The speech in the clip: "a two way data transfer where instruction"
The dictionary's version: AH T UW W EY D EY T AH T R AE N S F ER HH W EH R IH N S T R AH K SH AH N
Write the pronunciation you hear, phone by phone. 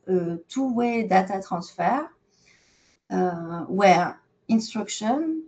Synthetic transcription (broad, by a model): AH T UW W EY D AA T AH T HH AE S F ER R W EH R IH N S T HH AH K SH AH N